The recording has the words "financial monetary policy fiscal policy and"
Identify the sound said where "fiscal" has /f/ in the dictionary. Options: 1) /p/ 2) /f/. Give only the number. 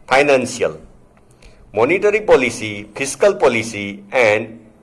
1